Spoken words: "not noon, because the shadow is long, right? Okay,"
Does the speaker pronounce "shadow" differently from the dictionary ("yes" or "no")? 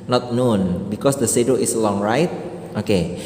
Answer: yes